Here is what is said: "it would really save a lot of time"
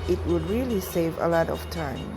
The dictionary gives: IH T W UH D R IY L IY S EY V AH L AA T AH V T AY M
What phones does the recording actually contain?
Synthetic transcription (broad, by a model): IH T W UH D R IY L IY S EY V AH L AA T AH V T AY M